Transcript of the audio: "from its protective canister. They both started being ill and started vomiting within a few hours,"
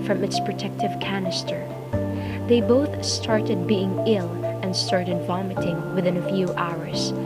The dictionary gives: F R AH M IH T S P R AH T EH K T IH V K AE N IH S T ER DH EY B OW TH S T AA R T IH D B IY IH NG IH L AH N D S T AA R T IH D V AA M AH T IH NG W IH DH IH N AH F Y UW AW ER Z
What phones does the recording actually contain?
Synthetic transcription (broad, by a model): F R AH M IH T S P R AH T EH K T IH V K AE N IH S T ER DH EY B OW TH S T AA R T IH D B IY IH NG IH L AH N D S T AA R T IH D V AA M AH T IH NG W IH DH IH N AH F Y UW AW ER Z